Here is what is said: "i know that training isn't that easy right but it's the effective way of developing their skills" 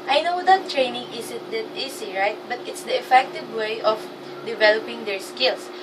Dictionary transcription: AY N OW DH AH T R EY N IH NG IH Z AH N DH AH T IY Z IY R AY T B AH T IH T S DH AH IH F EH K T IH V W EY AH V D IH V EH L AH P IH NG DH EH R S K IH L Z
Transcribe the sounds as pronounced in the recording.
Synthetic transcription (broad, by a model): AY N OW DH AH T R EY N IH NG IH S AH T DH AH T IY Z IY R AY T B AH T IH T S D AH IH F EH K T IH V W EY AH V D IH V EH L AH P IH NG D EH R S K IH L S